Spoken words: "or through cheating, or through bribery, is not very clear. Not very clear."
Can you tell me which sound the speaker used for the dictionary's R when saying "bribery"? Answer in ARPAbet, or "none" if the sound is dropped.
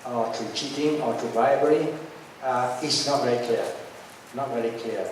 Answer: none